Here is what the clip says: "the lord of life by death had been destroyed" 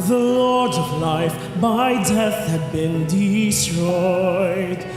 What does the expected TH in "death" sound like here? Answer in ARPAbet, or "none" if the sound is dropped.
TH